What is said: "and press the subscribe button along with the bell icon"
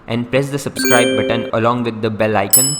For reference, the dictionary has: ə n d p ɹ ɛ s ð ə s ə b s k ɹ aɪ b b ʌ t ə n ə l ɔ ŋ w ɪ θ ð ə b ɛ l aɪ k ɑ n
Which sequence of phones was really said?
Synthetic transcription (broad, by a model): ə n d p ɹ ɛ s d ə s ə b s k ɹ aɪ b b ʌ t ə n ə l ɔ ŋ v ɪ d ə b ɛ l aɪ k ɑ n